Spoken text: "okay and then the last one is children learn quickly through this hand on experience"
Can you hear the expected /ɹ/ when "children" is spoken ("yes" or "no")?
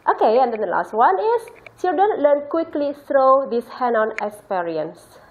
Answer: no